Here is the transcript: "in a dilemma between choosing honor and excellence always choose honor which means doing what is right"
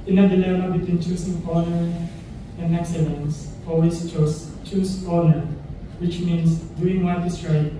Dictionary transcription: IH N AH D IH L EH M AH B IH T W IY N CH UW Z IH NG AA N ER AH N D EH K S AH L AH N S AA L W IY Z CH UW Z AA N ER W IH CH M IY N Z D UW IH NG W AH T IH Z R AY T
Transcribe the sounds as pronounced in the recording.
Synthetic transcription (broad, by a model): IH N AH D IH L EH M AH B IH T W IY N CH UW S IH NG AA N ER AH N D EH K S AH L AH N S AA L W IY S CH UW S AA N ER W IH CH M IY N S D UW IH NG W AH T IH S R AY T